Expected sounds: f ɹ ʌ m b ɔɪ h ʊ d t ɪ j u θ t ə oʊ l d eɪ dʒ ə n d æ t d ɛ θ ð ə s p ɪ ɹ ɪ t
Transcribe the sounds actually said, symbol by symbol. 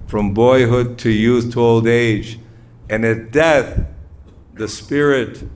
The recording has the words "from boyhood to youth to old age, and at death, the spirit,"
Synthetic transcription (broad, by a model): f ɹ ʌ m b ɔɪ h ʊ d t ɪ j u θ t ə oʊ l d eɪ dʒ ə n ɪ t d ɛ θ ð ə s p ɪ ɹ ɪ t